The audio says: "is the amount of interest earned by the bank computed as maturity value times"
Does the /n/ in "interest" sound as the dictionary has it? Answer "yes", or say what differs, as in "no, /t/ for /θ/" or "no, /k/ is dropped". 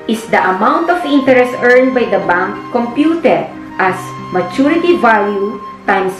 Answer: yes